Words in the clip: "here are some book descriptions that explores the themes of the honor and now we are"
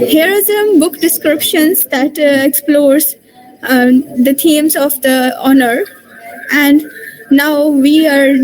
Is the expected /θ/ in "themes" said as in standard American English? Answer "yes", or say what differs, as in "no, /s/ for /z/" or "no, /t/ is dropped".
no, /t/ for /θ/